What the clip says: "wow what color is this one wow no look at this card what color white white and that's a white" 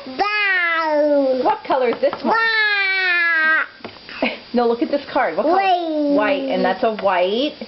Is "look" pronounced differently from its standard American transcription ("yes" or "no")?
no